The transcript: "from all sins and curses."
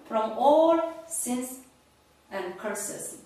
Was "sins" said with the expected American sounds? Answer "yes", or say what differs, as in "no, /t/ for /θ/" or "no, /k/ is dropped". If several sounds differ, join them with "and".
no, /s/ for /z/